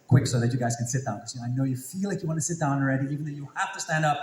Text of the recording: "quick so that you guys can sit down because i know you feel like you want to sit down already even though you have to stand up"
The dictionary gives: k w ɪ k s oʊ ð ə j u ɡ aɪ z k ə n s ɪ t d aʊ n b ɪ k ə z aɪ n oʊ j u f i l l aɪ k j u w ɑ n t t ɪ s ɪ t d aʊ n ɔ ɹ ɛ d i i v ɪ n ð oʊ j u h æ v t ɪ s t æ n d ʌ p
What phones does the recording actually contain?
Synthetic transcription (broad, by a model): k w ɪ k s oʊ ð ə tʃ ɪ ɡ aɪ z k ə n s ɪ t d aʊ n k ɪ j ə aɪ n oʊ j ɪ f i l l aɪ k j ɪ w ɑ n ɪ s ɪ t d aʊ n ɹ ɛ d i i v ɪ n ð oʊ j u h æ f t ɪ s t æ n d ʌ p